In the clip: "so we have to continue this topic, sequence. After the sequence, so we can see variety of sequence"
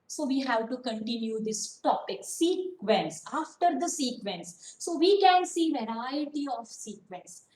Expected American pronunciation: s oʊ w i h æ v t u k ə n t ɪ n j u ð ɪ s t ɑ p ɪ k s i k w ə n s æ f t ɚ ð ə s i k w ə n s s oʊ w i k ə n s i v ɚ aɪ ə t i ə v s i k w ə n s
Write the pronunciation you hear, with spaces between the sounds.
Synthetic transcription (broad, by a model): s oʊ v i h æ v t u k ə n t ɪ n j u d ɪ s t ɑ p ɪ k s i k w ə n s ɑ f t ɚ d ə s i k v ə n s s oʊ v i k ə n s i v ɚ aɪ ə t i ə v s i k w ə n s